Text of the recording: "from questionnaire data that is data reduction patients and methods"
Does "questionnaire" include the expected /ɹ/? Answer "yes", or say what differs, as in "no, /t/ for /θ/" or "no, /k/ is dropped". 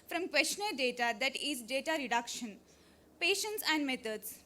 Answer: no, /l/ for /ɹ/